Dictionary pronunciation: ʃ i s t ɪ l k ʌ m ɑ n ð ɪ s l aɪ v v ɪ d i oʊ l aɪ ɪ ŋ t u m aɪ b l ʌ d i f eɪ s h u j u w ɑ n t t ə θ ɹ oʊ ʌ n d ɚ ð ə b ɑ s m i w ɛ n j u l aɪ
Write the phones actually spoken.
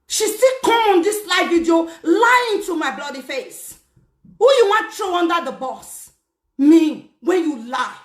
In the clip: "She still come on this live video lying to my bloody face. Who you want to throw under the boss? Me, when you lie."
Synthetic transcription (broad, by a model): ʃ i s t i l k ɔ m ɑ n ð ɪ s l aɪ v v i d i oʊ l aɪ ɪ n t u m aɪ b l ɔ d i f eɪ s h u j u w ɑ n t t ɹ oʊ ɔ n d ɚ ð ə b ɑ s m i w ɛ n j u l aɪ